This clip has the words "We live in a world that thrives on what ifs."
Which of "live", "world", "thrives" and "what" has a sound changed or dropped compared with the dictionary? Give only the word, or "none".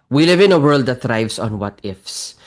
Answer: thrives